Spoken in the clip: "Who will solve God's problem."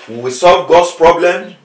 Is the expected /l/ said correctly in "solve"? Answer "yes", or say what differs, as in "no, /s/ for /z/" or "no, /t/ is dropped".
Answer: yes